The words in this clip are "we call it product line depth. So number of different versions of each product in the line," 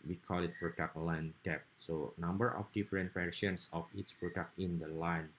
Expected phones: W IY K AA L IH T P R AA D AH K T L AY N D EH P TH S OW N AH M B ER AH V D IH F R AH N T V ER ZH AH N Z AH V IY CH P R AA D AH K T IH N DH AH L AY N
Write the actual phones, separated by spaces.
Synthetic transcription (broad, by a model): W IY K AA L IH T P R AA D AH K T L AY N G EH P S OW N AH M B ER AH F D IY F R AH N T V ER SH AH N S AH F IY S P R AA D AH K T IH N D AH L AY N